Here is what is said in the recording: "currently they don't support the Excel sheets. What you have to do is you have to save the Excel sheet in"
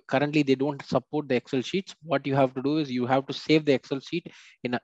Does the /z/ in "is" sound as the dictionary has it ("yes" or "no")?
yes